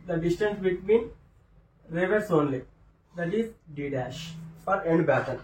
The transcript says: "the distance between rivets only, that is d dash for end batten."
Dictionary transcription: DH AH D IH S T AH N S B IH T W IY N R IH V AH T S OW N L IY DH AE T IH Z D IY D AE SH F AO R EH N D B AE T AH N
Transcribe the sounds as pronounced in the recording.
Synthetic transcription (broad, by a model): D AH D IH S T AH N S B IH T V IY N R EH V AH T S OW N L IY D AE T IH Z D IY D AE SH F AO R EH N D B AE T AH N